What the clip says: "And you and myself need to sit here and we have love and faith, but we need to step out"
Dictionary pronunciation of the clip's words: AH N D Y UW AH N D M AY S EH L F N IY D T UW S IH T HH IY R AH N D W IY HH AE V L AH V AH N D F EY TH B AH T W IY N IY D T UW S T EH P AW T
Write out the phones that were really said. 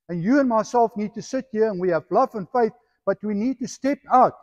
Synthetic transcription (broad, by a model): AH N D Y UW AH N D M AY S EH L F N IY D T UW S IH T HH IY R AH N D W IY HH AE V L AH V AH N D F EY TH B AH T W IY N IY D T UW S T EH P AW T